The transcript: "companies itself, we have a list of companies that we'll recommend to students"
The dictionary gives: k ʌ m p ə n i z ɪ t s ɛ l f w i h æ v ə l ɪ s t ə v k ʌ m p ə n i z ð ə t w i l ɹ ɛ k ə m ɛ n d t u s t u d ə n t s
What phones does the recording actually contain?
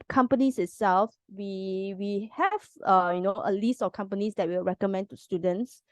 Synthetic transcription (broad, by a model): k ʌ m p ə n i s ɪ t s ɛ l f w i h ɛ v ə l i s t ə f k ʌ m p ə n i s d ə t w i l ɹ ɛ k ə m ɛ n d t u s t u d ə n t s